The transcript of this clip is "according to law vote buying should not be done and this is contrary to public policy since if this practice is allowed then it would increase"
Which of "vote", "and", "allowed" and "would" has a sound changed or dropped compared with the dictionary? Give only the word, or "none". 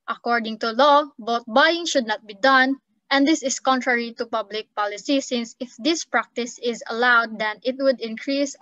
vote